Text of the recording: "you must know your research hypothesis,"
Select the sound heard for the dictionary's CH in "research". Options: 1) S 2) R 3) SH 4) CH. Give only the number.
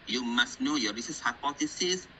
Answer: 1